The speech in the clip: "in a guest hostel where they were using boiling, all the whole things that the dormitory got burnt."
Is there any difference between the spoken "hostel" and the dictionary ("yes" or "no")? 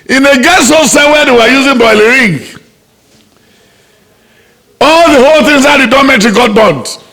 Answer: yes